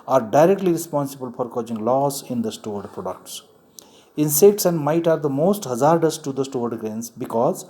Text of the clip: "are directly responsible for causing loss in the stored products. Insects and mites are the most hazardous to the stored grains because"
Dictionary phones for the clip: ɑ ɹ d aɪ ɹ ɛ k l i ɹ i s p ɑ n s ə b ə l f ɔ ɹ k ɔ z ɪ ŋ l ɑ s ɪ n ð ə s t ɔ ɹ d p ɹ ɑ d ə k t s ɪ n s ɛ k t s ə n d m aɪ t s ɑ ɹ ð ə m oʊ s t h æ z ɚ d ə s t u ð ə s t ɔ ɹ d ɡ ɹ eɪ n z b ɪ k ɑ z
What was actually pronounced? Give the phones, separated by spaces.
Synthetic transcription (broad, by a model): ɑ ɹ d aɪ ɹ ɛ k l i ɹ i s p ɑ n s ə b ə l f ɔ ɹ k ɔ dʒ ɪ ŋ l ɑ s ɪ n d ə s t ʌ ɹ d p ɹ ɑ d ə k t s ɪ n s ɛ k t s ə n d m aɪ t ɑ ɹ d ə m oʊ s t h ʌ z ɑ d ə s t u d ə s t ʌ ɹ d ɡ ɹ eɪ n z b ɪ k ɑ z